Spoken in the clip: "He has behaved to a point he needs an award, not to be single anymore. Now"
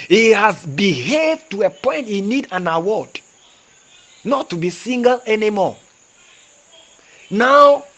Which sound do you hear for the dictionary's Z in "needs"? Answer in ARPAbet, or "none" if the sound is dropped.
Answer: none